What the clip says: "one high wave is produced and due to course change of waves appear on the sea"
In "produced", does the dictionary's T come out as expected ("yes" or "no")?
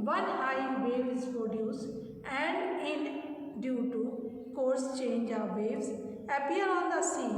no